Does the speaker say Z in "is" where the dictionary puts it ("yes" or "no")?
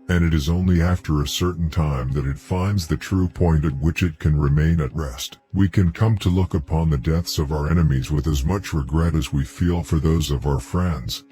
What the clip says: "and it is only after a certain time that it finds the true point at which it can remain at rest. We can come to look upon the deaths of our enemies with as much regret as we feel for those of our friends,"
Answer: yes